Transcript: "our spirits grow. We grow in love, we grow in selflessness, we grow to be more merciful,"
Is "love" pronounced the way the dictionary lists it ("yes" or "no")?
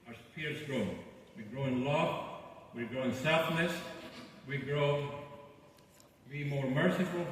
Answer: no